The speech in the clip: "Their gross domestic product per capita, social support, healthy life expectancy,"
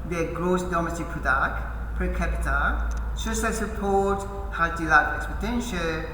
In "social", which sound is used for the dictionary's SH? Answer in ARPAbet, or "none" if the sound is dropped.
S